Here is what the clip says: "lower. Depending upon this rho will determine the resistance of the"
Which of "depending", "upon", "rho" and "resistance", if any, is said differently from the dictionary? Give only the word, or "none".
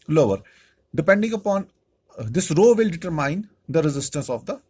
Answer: none